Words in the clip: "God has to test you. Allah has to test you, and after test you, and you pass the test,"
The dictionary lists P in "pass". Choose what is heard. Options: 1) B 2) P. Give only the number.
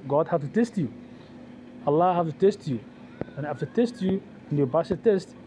1